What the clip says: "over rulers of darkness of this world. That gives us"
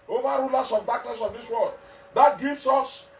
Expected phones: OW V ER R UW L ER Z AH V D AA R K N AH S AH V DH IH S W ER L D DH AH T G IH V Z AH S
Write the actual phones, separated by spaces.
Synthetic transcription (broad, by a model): OW V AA R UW L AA S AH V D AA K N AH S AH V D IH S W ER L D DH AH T G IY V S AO S